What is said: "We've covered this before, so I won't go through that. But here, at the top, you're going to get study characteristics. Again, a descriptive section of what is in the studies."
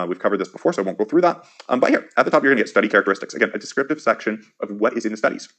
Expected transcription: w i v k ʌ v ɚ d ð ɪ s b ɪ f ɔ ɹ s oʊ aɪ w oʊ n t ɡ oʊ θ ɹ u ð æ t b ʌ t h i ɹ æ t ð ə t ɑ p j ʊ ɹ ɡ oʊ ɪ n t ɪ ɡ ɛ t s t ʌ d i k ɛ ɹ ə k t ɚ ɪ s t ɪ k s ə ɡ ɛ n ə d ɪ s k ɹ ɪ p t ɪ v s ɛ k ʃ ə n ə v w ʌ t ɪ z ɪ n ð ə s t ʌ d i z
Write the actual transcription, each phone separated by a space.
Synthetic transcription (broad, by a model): w i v k ʌ v ɚ d ð ɪ s b ɪ f ɔ ɹ s oʊ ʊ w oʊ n ɡ oʊ θ ɹ u ð æ t b ʌ t h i ɹ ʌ t ð ə t ɑ p j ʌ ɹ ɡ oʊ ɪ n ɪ ɡ ɛ t s t ʌ d i k ɛ ɹ ə k t ɚ ɪ s t ɪ k s ə ɡ ɛ n ə d ɪ s k ɹ ɪ p t ɪ v s ɛ k ʃ ə n ə v w ʌ t ɪ z ɪ n ð ə s t ʌ d i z